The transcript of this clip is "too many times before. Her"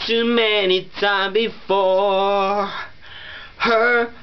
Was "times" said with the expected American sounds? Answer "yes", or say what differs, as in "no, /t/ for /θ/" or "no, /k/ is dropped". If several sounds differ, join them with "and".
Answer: no, /z/ is dropped